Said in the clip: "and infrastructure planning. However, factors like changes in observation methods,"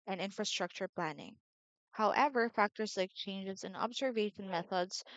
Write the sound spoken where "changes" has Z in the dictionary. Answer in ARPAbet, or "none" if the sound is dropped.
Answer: Z